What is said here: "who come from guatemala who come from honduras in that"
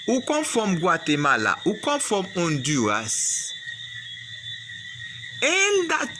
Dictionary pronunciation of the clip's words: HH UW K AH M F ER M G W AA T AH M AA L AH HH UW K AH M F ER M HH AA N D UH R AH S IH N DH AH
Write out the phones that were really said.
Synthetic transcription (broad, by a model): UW K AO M F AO M G W AA T AH M AA L AH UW K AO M F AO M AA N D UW AH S IH N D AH